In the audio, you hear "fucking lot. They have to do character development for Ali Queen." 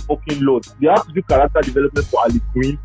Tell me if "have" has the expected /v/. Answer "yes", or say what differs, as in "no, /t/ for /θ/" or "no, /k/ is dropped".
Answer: no, /f/ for /v/